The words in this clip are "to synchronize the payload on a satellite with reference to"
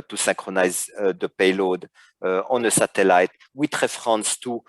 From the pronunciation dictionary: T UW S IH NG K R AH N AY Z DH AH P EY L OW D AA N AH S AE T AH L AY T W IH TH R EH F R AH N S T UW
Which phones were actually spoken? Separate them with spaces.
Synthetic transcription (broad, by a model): T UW S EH K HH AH N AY Z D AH P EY L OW D AA N AH S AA T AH L AY T W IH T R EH F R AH N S T UW